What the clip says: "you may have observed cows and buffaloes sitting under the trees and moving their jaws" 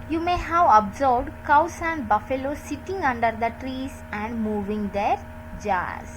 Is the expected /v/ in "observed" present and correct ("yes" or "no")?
no